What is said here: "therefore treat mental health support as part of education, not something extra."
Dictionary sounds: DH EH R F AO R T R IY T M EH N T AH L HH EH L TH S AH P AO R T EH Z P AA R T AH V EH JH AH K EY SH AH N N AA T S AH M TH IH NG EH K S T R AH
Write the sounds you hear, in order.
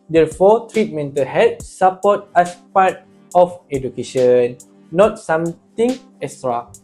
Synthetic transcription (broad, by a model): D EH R F AO T R IY T M EH N T AH L HH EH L S S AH P AO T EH S P AA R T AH F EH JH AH K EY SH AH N N AA T S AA M T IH NG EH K S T R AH